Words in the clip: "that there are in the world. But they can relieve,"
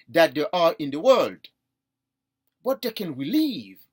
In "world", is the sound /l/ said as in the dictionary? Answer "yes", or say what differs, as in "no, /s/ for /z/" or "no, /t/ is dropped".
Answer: yes